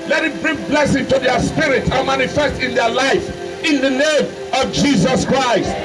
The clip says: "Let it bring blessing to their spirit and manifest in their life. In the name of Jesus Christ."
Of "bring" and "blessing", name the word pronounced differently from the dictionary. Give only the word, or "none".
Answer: none